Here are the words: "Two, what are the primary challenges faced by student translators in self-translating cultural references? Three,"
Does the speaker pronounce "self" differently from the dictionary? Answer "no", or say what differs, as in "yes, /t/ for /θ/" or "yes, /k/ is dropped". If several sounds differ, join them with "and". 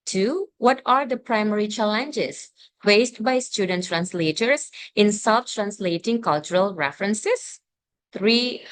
yes, /l/ is dropped